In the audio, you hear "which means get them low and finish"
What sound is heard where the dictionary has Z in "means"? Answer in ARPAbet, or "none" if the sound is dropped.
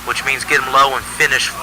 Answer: Z